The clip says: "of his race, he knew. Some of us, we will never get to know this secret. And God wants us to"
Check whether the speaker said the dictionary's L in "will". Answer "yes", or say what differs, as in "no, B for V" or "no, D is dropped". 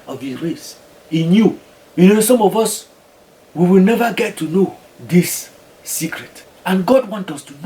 yes